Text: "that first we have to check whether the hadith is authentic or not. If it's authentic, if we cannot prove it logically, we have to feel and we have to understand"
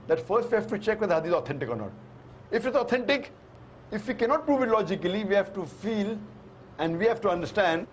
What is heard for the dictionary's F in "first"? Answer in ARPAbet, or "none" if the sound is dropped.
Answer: F